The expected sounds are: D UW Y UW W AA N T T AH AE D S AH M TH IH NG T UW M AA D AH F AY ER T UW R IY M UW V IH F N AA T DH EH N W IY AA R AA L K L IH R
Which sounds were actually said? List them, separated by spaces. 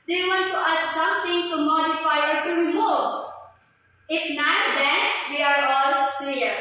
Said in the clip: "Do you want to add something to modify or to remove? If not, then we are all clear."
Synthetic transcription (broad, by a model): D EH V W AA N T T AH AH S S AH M T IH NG T UW M AA D AH F AY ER T UW R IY M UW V IH F N AA T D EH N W IY AA R AA L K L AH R